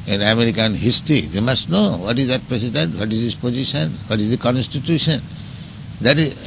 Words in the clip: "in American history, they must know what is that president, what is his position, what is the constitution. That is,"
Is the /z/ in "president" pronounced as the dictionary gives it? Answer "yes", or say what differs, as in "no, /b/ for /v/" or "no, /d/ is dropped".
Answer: no, /s/ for /z/